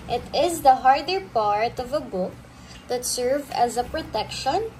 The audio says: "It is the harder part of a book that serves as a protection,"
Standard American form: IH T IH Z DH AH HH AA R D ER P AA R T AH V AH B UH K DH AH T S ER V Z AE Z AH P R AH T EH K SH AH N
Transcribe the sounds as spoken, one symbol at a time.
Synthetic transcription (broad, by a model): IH T IH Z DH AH HH AA R D ER P AA R T AH V AH B UH K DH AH T S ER V AE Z AH P R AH T EH K SH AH N